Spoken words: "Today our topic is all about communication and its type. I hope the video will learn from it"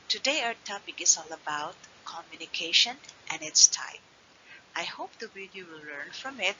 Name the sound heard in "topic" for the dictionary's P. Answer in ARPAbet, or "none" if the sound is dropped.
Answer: B